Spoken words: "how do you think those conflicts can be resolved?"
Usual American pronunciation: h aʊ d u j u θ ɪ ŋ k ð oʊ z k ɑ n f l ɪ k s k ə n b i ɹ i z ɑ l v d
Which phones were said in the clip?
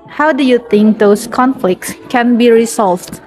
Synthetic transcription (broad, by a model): h aʊ d u j u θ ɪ ŋ k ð oʊ s k ɑ n f l ɪ k s k ə n b i ɹ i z ɑ l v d